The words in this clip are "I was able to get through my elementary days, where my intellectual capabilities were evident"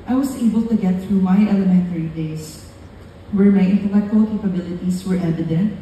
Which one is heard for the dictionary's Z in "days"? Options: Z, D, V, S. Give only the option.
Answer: S